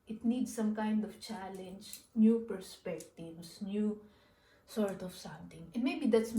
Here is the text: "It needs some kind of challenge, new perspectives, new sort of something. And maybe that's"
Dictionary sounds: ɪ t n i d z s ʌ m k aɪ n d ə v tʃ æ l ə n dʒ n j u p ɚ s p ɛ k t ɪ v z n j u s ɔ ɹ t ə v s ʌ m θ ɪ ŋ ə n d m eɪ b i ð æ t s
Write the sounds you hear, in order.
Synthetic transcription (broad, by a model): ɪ t n i d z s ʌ m k aɪ n d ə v tʃ æ l ə n dʒ n j u p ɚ s p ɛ k t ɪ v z n j u s ɔ ɹ t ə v s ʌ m t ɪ ŋ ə n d m eɪ b i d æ t s